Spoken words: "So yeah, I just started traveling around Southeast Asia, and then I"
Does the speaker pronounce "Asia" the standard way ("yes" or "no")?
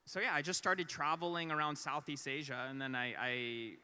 yes